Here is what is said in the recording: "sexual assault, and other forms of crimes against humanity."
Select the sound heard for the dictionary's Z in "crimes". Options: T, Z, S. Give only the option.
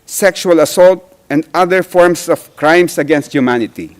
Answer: S